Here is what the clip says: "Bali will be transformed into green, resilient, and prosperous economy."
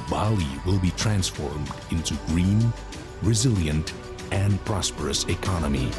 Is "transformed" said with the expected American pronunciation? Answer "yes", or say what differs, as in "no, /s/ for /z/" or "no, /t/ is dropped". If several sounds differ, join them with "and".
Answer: yes